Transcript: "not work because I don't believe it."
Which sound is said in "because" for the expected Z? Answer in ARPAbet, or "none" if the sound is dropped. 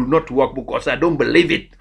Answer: S